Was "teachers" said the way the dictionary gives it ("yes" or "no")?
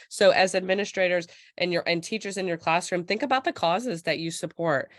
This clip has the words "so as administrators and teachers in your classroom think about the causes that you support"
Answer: yes